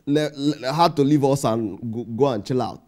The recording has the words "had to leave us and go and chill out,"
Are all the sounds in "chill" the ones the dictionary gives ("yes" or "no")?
yes